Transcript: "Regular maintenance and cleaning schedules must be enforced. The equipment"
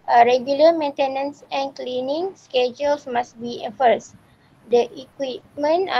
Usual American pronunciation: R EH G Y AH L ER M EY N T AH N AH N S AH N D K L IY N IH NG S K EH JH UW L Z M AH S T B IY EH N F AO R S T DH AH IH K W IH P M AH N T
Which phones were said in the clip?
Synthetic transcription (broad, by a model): R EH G Y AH L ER M EY N T AH N AH N S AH N K L IY N IH NG S K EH JH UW L S M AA S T B IY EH F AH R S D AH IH K W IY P M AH N